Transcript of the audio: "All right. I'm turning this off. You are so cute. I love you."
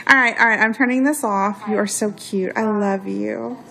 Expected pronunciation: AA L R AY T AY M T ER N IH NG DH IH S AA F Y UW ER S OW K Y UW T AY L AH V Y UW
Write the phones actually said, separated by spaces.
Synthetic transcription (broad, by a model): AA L R AY T AY M T ER N IH NG DH IH S AA F Y UW ER S OW K Y UW T AY L AH V Y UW